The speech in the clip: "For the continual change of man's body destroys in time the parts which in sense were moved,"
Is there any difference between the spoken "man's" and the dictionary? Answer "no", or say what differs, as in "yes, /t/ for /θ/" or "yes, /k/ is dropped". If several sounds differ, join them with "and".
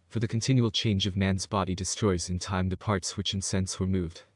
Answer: no